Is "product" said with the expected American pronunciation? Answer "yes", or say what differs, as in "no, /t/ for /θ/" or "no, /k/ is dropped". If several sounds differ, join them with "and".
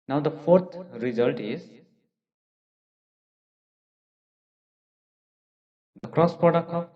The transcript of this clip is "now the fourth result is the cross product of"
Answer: no, /ɹ/ is dropped and /t/ is dropped